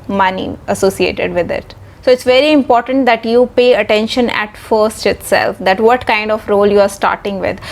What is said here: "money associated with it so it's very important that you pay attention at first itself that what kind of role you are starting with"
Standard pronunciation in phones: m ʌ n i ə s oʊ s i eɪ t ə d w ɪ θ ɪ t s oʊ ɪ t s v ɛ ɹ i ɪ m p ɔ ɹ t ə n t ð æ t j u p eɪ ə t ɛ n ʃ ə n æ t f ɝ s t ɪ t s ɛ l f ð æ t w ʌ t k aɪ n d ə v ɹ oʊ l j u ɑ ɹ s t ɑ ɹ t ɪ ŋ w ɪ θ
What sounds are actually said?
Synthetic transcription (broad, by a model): m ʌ n i ə s oʊ s i eɪ t ə d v ɪ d ɪ t s oʊ ɪ t s v ɛ ɹ i ɪ m p ɔ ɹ t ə n t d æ t j u p eɪ ə t ɛ n ʃ ə n æ t f ɝ s t ɪ t s ɛ l f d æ t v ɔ t k aɪ n d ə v ɹ oʊ l j u ɑ ɹ s t ɑ ɹ t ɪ ŋ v ɪ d